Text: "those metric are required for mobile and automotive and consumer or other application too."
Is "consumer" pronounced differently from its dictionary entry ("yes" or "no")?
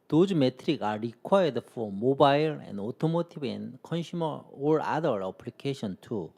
yes